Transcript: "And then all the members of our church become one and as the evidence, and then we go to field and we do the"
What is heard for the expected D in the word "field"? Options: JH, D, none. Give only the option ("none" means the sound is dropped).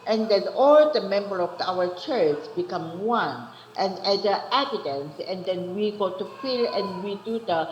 none